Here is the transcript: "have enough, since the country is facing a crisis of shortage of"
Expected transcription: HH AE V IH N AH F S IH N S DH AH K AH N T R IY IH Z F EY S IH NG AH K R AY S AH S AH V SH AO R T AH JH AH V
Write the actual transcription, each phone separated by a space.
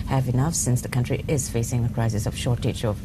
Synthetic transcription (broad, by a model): HH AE V IH N AH F S IH N S DH AH K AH N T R IY IH Z F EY S IH NG AH K R AY S AH S AH V SH AO R T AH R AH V